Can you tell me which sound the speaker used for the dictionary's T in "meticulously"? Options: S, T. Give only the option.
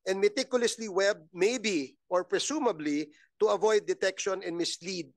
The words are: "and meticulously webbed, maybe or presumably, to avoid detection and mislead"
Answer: T